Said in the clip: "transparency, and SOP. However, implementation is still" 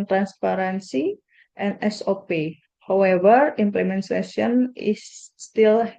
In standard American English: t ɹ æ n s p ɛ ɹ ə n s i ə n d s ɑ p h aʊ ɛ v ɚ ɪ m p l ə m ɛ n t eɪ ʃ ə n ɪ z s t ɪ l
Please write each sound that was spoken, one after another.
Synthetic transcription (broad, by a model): t ɹ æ n s p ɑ ɹ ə n s i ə n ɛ s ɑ p h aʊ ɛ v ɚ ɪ m p l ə m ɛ n s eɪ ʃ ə n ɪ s t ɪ l